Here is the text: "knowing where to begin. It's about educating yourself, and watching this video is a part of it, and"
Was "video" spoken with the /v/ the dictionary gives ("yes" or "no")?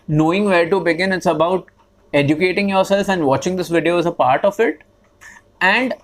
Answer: yes